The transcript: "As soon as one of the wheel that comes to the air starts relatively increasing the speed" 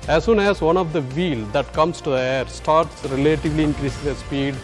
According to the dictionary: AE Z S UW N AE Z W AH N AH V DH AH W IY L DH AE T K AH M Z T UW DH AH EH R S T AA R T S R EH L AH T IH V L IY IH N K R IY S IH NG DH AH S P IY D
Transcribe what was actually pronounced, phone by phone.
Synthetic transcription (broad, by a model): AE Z S UW N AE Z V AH N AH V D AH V IY L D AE T K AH M S T UW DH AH EH R S T AA R T S R EH L AH T IH V L IY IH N K R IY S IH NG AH S P IY D